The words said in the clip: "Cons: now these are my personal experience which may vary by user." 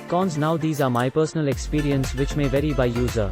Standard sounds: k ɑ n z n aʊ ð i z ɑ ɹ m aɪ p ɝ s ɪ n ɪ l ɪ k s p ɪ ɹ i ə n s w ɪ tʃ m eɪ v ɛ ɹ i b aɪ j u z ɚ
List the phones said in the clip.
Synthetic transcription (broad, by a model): k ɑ n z n aʊ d i z ɑ ɹ m aɪ p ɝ s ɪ n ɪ l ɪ k s p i ɹ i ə n s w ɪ tʃ m eɪ v ɛ ɹ i b aɪ j u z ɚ